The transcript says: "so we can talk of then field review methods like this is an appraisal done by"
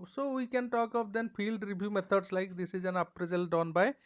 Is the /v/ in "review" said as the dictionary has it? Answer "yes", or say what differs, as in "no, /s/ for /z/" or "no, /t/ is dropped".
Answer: no, /b/ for /v/